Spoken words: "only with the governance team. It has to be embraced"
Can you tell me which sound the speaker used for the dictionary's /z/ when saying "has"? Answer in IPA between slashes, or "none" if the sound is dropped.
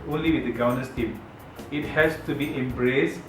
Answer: /s/